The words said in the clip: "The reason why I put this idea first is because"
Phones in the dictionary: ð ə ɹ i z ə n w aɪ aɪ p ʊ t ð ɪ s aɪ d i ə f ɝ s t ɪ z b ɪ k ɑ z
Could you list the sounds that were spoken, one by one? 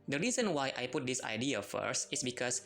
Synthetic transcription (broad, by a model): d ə ɹ i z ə n w aɪ aɪ p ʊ t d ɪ s aɪ d i ə f ɝ s t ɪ s b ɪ k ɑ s